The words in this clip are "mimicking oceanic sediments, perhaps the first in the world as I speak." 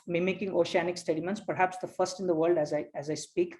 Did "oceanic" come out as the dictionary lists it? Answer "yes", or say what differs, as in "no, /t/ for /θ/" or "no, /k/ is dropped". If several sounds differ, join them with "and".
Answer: yes